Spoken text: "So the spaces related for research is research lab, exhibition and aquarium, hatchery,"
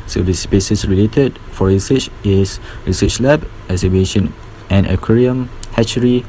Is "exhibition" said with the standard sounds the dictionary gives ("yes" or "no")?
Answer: no